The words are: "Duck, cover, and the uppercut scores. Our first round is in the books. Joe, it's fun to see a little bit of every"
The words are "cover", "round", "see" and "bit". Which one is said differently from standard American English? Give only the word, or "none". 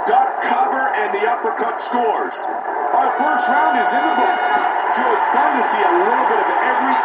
none